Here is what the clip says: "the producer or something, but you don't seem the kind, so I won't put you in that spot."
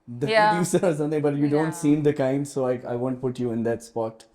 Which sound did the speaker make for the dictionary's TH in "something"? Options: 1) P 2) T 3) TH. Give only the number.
2